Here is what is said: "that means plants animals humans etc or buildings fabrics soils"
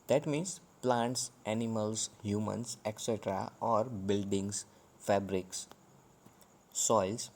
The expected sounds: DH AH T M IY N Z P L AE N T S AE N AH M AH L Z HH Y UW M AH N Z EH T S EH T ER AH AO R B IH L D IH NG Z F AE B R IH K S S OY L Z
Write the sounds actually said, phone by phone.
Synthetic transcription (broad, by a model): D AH T M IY N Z P L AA N T S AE N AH M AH L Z HH Y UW M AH N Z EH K S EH T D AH AO R B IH L D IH NG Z F AE B R IH K S S OY L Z